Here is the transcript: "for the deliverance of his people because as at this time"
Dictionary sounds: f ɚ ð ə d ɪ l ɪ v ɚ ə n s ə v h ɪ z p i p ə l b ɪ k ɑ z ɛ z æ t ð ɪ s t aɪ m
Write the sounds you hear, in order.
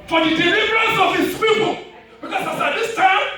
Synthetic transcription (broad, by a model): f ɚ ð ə d ɪ l ɪ v ɚ ə n s ə v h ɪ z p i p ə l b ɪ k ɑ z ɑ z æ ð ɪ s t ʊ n